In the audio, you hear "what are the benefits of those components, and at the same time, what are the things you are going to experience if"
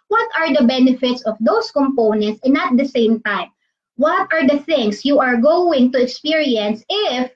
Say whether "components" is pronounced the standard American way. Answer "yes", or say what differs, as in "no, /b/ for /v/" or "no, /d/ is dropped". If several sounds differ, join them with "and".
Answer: yes